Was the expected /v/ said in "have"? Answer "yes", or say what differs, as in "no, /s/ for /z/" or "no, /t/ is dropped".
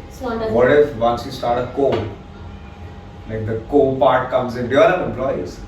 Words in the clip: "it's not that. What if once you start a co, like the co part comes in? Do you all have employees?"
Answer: no, /p/ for /v/